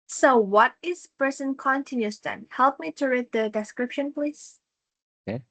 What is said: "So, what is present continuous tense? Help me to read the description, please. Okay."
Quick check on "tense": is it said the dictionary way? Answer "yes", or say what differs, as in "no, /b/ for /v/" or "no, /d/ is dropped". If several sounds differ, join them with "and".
no, /s/ is dropped